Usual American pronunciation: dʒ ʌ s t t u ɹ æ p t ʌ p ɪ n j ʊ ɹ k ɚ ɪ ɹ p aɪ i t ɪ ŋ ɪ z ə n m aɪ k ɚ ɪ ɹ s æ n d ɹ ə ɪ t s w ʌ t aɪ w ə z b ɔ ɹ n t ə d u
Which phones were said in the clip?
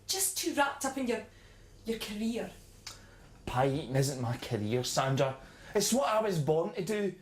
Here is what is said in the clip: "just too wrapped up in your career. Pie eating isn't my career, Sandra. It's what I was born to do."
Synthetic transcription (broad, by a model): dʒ ʌ s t t u ɹ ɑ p t ʌ p ɪ n j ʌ ɹ k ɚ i ɹ p aɪ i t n ɪ z ə n m aɪ k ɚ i ɹ s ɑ n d ə ɪ t s w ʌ t aɪ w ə z b ɔ ɹ n t ə d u